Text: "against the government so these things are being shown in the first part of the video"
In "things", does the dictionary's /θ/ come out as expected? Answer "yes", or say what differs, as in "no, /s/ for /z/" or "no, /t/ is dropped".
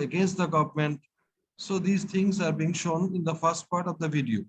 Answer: no, /t/ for /θ/